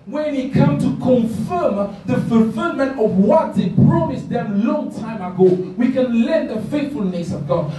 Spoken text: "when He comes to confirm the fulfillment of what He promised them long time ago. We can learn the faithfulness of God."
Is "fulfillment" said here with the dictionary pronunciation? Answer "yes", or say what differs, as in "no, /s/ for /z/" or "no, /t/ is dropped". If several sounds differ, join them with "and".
yes